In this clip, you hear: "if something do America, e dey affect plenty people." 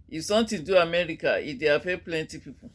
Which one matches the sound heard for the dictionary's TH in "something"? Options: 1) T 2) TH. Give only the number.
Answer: 1